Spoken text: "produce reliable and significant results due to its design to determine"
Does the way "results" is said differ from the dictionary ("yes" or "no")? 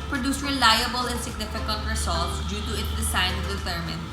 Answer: yes